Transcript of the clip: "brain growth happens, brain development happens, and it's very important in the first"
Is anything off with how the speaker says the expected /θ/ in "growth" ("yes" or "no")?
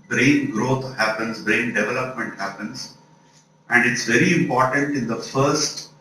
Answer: yes